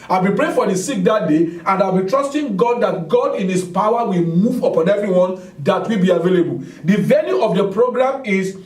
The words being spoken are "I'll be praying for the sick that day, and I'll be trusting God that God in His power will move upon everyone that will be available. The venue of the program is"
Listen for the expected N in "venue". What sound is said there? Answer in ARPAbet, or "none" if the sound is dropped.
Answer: L